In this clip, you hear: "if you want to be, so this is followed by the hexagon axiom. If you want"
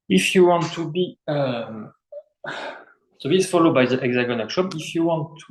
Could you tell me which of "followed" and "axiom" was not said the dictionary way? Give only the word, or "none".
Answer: axiom